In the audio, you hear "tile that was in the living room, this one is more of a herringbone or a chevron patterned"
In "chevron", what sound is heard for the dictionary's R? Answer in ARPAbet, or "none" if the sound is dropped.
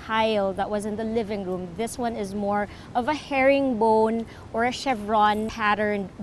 R